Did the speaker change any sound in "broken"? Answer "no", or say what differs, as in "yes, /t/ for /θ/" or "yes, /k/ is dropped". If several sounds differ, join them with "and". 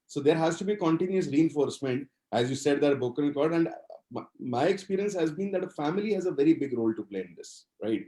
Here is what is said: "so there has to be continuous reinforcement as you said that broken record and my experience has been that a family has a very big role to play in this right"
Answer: yes, /ɹ/ is dropped